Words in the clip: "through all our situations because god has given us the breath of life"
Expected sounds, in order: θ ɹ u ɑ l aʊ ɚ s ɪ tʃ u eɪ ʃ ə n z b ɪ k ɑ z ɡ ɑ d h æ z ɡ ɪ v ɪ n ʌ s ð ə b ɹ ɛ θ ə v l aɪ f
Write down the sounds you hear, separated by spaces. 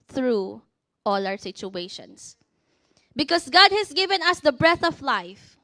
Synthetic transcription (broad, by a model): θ ɹ u ɑ l aʊ ɚ s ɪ tʃ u eɪ ʃ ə n s b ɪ k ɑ s ɡ ɑ d h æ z ɡ ɪ v ɪ n ʌ s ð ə b ɹ ɛ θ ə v l aɪ f